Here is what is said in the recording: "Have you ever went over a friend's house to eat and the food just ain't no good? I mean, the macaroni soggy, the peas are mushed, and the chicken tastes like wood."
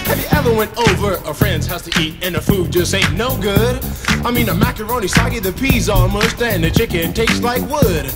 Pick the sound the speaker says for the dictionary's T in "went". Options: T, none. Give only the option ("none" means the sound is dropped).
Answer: T